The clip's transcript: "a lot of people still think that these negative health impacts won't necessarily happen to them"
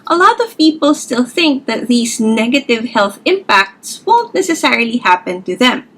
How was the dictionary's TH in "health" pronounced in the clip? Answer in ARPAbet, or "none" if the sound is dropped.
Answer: TH